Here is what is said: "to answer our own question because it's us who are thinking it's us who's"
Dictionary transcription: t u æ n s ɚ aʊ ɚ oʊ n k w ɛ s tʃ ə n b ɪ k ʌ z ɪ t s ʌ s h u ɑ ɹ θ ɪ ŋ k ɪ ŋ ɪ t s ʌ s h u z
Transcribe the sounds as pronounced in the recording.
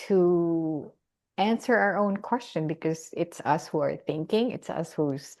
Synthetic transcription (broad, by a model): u æ n s ɚ aʊ ɚ oʊ n k w ɛ s tʃ ə n b ɪ k ʌ z ɪ t s ʌ s h u ɑ ɹ θ ɪ ŋ k ɪ ŋ ɪ t s ʌ s h u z